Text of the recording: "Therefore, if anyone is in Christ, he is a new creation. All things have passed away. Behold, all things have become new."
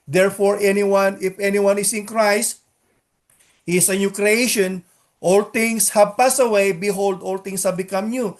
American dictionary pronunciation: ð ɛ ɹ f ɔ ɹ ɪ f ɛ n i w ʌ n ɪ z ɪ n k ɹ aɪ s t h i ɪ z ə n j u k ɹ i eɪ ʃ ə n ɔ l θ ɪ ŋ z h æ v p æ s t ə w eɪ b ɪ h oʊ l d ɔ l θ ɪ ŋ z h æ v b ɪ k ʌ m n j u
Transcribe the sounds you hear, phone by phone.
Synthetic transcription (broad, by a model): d ɛ ɹ f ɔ ɹ ɪ f ɛ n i w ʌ n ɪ s ɪ n k ɹ aɪ s t h i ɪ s ə n j u k ɹ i eɪ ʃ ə n ɔ l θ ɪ ŋ s h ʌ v p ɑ s ə w eɪ b ɪ h oʊ l d ɔ l t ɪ ŋ s h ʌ b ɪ k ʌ m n j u